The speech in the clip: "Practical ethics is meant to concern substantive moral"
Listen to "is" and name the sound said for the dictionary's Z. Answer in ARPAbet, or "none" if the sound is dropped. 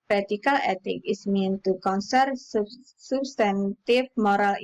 S